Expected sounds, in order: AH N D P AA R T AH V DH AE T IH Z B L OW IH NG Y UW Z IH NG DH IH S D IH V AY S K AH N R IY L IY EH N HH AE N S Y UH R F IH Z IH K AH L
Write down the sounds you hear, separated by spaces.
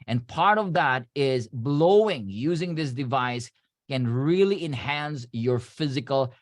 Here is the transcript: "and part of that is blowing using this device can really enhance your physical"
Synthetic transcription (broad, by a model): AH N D P AA R T AH V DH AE T IH Z B L OW IH NG Y UW Z IH NG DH IH S D IH V AY S K AH N R IY L IY EH N HH AE N S Y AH R F IH Z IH K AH L